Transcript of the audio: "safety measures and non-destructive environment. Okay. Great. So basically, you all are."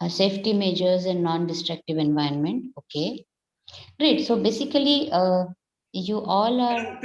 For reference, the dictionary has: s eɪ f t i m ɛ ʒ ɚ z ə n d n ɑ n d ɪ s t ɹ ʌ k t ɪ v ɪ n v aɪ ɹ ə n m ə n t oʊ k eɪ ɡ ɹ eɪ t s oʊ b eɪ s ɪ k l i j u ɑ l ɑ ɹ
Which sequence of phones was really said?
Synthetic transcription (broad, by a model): s eɪ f t i m ɛ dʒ ɚ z ə n d n ɑ n d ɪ s t ɹ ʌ k t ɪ v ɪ n v aɪ ə n m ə n t oʊ k eɪ ɹ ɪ t s oʊ b eɪ s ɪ k l i j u ɑ l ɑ ɹ